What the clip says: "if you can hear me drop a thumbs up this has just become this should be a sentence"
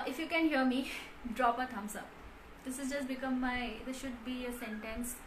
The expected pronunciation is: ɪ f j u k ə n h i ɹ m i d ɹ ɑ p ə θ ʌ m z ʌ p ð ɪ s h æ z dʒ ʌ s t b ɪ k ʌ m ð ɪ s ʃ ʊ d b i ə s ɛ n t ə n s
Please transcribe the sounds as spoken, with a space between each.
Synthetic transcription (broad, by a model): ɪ f j u k ə n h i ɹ m i d ɹ ɑ p ə t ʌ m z ʌ p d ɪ s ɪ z dʒ ʌ s t b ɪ k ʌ m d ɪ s ʃ ʊ d b i ə s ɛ n t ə n s